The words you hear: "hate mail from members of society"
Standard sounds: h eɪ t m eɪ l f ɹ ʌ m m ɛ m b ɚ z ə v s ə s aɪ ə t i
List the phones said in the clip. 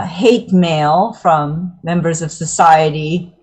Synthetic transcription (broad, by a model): h eɪ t m eɪ l f ɹ ʌ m m ɛ m b ɚ z ə v s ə s aɪ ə t i